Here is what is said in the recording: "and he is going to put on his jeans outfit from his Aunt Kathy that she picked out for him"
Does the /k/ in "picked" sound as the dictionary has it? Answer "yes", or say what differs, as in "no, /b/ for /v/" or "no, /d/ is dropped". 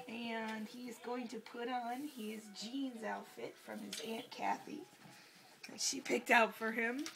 yes